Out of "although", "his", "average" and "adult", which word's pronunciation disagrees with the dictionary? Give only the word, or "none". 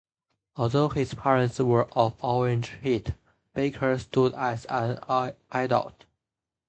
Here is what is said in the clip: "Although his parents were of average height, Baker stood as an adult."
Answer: average